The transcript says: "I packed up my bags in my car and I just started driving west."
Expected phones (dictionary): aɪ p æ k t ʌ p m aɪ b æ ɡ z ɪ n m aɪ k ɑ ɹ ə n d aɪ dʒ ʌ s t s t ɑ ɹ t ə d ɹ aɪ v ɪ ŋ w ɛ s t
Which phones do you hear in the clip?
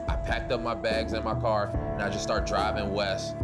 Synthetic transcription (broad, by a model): aɪ p æ k t ʌ p m aɪ b æ ɡ z ɪ n m aɪ k ɑ ɹ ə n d aɪ dʒ ʌ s s t ɑ ɹ t d ɹ aɪ v ɪ ŋ w ɛ s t